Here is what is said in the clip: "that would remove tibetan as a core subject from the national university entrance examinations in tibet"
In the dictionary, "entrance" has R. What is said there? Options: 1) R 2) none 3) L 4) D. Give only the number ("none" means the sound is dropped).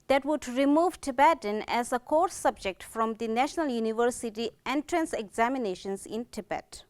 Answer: 1